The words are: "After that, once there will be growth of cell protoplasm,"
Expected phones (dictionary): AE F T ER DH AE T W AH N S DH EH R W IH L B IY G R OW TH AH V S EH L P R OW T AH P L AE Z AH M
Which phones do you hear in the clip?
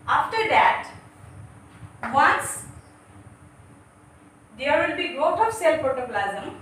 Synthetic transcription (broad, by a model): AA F T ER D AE T W AH N S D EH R W IH L B IY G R OW T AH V S EH L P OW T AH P L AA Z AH M